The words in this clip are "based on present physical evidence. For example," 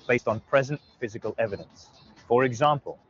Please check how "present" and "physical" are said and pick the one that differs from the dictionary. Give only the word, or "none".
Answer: none